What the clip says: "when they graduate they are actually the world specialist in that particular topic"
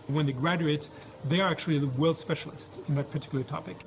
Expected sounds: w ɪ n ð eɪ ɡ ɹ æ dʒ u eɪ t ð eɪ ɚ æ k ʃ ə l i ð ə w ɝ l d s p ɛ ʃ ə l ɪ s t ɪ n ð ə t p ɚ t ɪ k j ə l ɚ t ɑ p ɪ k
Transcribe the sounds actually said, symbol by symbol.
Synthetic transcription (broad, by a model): w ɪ n ð eɪ ɡ ɹ æ dʒ u eɪ t ð eɪ ɚ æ k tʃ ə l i ð ə w ɝ l d s p ɛ ʃ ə l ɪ s t ɪ n ð ə t p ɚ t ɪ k j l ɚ t ɑ p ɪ k